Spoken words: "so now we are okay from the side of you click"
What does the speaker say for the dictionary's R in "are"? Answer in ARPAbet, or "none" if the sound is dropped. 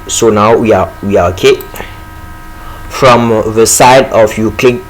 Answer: W